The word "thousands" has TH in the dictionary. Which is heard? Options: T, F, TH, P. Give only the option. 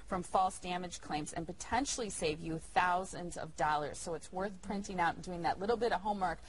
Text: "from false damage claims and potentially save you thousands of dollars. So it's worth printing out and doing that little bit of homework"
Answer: TH